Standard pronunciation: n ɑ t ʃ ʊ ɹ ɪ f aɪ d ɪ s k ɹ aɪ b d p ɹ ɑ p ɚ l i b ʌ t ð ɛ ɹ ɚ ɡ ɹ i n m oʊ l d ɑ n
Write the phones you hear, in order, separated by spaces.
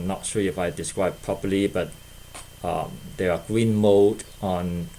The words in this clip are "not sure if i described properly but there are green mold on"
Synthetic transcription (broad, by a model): n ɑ t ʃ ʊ ɪ f aɪ d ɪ s k ɹ aɪ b p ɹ ɑ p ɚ l i b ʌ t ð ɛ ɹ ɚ ɡ ɹ i n m oʊ d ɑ n